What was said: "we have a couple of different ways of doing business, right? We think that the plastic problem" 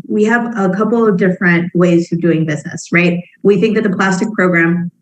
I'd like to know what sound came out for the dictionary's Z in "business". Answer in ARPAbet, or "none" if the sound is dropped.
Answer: Z